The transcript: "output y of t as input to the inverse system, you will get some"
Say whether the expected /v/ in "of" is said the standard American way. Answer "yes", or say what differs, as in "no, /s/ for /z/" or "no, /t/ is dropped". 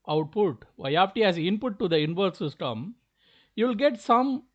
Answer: no, /p/ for /v/